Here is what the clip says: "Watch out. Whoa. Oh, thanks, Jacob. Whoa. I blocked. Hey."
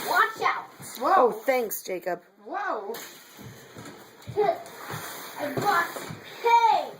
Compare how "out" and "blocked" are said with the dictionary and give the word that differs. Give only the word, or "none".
blocked